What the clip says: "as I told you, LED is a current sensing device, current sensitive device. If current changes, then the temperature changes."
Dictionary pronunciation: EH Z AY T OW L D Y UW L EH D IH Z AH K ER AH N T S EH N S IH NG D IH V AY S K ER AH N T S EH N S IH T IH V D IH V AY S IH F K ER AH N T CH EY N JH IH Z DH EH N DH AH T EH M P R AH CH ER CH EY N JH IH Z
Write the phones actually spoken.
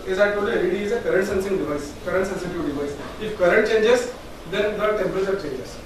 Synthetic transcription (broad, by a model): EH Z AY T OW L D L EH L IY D IH Z AH K ER AH N T S EH N S IH NG D IH V AY S K ER AH N T S EH N S IH T IH V D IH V AY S IH F K ER AH N T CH EY N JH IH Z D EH N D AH T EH M P AH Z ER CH EY N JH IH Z